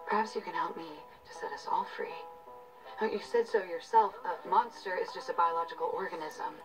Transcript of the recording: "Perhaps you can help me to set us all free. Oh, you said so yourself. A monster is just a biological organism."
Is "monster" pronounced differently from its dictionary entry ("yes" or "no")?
no